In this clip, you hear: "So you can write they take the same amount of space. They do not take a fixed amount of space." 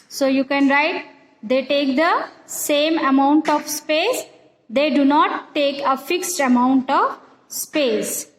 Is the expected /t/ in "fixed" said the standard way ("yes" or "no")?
yes